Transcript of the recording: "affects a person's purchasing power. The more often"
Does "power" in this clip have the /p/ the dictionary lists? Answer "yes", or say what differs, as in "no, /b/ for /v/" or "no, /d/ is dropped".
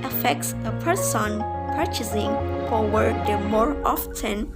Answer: no, /f/ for /p/